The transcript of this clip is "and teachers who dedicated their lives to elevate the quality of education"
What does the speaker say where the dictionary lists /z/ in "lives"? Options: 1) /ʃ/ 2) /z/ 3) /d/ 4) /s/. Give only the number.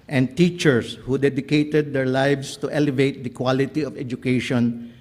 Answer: 4